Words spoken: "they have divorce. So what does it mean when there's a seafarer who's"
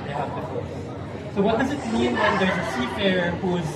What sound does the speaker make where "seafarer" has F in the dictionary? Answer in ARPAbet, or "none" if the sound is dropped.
P